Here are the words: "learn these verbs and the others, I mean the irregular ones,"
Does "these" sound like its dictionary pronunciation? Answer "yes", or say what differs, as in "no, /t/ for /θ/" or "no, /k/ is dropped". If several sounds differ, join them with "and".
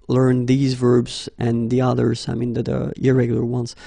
yes